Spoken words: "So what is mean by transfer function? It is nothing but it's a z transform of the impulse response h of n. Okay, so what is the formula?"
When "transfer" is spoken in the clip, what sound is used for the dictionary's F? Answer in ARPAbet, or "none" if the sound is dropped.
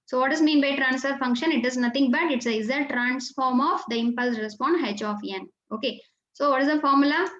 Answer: F